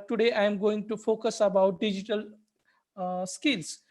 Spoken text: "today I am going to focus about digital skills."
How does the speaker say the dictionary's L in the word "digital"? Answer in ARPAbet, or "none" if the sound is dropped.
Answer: L